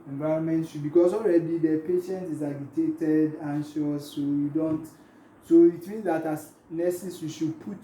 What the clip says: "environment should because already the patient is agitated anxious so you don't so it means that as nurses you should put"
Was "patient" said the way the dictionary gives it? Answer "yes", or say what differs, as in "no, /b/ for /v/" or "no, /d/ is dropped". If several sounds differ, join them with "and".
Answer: yes